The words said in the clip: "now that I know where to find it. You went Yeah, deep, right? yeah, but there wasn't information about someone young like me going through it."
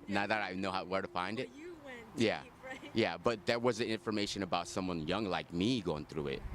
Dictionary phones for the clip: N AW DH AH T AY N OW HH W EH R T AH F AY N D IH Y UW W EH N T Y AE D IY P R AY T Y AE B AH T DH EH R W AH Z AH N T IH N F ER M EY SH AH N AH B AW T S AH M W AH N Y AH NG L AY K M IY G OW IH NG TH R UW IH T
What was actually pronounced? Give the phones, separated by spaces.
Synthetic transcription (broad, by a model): N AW DH AH T AY N OW HH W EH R T AH F AY N D IH T Y AE Y AE B AH T DH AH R W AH Z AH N IH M F ER M EY SH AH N AH B AW T S AH M W AH N Y AH NG L AY K M IY G OW IH NG TH R UW IH T